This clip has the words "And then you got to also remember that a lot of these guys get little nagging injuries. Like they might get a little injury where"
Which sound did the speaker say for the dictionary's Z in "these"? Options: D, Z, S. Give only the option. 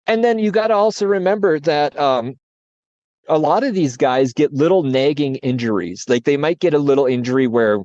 Z